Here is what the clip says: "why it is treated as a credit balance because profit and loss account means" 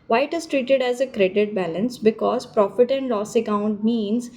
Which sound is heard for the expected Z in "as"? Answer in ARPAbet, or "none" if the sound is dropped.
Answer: Z